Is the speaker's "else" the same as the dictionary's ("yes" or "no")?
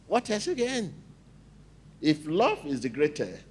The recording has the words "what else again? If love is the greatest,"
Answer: no